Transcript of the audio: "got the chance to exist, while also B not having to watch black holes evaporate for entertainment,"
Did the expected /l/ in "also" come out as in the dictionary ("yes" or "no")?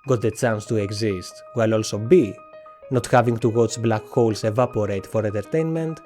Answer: yes